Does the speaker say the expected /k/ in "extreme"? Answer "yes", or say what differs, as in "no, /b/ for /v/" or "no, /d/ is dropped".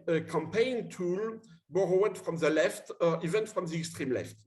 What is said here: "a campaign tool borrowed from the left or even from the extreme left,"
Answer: yes